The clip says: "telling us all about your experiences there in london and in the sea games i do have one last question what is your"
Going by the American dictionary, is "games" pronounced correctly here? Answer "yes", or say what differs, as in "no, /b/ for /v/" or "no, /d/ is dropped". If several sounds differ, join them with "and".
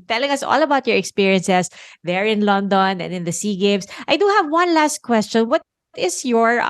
no, /s/ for /z/